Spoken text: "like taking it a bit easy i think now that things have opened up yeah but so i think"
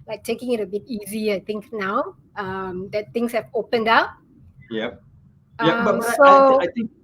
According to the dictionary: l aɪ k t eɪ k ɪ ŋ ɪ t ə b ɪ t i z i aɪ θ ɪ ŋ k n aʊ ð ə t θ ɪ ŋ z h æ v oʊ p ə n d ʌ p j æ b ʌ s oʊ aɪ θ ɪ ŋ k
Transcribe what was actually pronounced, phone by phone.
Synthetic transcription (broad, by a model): l aɪ k t eɪ k ɪ ŋ ɪ t ə b ɪ t i z i aɪ t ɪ ŋ k n aʊ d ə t t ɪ ŋ s h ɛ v oʊ p ə n d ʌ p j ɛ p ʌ s oʊ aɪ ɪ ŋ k